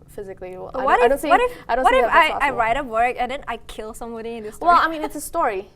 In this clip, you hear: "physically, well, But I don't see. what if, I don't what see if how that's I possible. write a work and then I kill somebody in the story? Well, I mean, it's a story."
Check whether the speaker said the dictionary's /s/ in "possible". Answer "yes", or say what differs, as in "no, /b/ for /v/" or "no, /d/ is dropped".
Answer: no, /s/ is dropped